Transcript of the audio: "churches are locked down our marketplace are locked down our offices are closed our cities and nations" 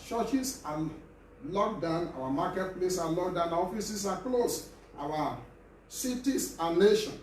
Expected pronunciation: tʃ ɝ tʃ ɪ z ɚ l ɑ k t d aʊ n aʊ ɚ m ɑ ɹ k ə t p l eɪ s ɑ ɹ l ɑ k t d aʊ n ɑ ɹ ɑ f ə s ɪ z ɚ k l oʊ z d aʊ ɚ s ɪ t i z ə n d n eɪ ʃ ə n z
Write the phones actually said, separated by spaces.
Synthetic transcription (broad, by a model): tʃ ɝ tʃ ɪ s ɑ l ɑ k d aʊ n aʊ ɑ m ɑ k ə t p l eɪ s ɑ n l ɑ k d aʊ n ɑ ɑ f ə s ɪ s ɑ k l oʊ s aʊ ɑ s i t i s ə n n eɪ ʃ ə n